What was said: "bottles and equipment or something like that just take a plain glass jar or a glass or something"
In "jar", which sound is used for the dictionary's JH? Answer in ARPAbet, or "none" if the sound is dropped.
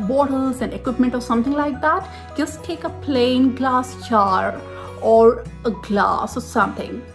CH